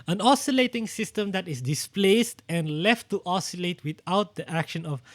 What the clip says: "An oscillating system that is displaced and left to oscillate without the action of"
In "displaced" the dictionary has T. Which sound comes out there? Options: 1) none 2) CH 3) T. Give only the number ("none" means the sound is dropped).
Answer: 3